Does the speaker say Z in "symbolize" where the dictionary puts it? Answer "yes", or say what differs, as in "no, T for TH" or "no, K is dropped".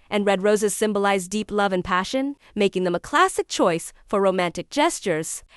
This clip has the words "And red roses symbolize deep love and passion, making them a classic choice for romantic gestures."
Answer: yes